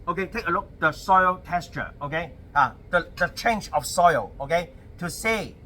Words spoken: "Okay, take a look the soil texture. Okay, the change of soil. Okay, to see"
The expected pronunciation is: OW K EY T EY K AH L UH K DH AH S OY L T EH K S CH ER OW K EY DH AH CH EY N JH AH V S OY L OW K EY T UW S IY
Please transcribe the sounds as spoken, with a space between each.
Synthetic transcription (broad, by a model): OW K EY T EY K AH L UH K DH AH S OY L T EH S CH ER OW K EY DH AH CH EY N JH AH F S OY L OW K EY T UW S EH